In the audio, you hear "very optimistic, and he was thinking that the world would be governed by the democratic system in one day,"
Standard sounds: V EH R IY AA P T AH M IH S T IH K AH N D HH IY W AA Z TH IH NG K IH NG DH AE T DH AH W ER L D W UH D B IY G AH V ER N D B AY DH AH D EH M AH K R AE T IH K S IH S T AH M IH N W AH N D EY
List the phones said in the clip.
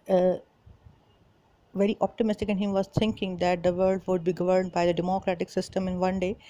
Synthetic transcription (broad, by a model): V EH R IY AA P T AH M IH S T IH K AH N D HH IY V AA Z T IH NG K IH NG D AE T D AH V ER L D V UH D B IY G AH V ER N D B AY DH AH D EH M AH K R AE T IH K S IH S T AH M IH N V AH N D EY